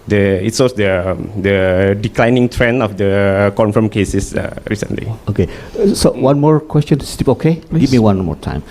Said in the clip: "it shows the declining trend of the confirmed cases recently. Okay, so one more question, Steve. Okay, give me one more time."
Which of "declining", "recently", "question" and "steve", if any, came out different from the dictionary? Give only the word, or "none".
steve